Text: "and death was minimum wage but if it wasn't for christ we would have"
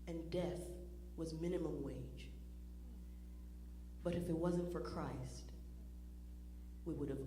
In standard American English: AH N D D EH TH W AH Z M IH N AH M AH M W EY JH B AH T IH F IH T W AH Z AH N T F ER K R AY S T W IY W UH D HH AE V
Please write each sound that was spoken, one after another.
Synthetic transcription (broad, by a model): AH N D D EH TH W AH Z M IH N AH M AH M W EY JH B AH T IH F IH T W AH Z AH N T F ER K R AY S T W IY W UH D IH V